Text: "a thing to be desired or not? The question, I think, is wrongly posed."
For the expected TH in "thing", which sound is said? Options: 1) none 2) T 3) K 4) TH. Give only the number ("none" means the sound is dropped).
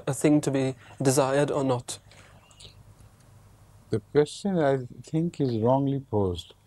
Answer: 4